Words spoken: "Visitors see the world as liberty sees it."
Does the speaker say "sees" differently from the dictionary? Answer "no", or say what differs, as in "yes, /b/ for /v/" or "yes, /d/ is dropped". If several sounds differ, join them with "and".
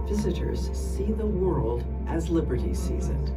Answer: no